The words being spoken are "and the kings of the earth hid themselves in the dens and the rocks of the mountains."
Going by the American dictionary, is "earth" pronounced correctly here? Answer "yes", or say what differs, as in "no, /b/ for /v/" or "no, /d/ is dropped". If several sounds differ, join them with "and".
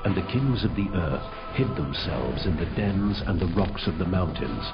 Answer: yes